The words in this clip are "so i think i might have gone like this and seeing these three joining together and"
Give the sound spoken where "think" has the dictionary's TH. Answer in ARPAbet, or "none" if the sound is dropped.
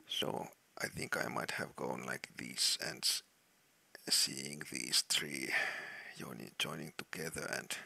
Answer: TH